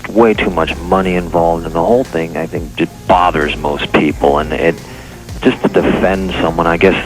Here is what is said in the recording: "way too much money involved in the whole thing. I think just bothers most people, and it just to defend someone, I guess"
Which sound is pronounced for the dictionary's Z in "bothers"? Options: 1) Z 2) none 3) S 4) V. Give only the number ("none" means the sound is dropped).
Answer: 1